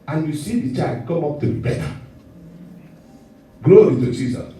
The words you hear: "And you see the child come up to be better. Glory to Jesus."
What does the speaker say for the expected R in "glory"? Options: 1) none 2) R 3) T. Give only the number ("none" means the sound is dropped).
1